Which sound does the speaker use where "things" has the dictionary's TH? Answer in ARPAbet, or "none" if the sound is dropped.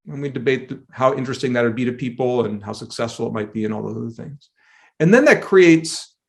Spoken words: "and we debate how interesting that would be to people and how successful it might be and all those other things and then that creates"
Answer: TH